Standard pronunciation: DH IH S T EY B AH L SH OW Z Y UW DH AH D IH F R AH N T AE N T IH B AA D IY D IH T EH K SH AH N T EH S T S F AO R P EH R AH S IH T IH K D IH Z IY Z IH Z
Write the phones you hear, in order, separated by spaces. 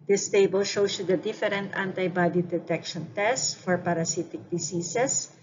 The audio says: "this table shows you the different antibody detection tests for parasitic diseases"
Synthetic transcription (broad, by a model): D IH S T EY B AH L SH OW S Y UW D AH D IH F R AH N T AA N T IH B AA D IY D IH T EH K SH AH N T EH S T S F AO R P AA R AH S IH T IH K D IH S IY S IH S